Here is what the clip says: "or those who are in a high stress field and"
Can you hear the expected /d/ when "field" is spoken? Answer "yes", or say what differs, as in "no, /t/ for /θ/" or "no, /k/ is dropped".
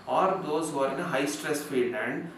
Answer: no, /d/ is dropped